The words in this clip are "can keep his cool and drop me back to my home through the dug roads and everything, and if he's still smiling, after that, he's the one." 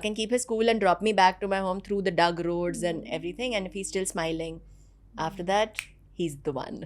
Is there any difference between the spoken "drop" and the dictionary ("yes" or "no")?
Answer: no